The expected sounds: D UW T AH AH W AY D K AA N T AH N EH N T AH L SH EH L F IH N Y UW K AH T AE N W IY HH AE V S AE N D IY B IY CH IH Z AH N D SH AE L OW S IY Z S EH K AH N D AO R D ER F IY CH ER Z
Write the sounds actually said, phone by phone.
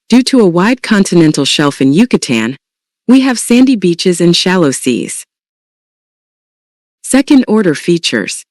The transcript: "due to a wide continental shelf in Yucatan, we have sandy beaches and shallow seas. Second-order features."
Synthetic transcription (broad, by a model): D UW T AH AH W AY D K AA N T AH N EH N T L SH EH L F IH N Y UW K AH T AE N W IY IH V S AE N D IY B IY CH IH Z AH N SH AE L OW S IY Z S EH K AH N D AO R D ER F IY CH ER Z